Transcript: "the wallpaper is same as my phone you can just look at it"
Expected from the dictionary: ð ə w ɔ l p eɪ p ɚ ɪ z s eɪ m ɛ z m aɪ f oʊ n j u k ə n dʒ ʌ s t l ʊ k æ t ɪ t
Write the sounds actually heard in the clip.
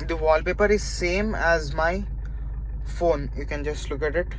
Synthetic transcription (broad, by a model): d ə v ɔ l p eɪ p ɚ ɪ z s eɪ m ɛ z m aɪ f oʊ n j u k ə n dʒ ʌ s t l ʊ k æ t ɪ t